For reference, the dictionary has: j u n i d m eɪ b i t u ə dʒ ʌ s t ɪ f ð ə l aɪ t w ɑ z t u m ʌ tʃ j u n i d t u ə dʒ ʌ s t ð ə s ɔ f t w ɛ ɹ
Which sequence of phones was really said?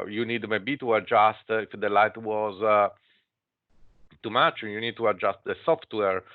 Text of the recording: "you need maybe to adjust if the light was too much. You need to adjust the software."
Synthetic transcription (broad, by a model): j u n i d m eɪ b i t u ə dʒ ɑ s t ɪ f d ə l aɪ t w ɑ z t u m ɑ tʃ j u n i d t u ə dʒ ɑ s t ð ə s ɔ f t w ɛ ɹ